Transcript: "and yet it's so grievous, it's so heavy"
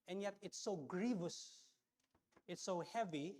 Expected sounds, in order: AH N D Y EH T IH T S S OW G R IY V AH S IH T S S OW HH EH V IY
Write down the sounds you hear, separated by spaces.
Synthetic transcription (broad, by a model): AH N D Y EH T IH T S S OW G R IY V AH S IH T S S OW HH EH V IY